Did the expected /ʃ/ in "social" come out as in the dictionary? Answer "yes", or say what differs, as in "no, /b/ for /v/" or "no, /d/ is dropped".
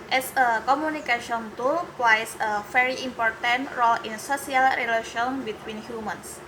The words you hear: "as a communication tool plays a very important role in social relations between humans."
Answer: no, /s/ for /ʃ/